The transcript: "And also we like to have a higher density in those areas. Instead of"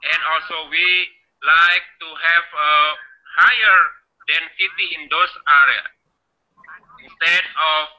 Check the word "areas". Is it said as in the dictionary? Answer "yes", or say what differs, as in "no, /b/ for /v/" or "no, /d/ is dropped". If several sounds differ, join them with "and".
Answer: no, /z/ is dropped